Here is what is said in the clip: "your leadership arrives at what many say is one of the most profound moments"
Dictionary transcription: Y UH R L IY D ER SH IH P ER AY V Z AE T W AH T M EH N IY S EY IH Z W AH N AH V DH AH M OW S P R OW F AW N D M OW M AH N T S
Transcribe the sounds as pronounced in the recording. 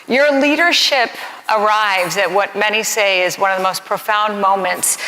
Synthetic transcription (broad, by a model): Y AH R L IY D ER SH IH P ER AY V Z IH T W AH T M EH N IY S EY IH Z W AH N AH V DH AH M OW S P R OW F AW N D M OW M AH N T S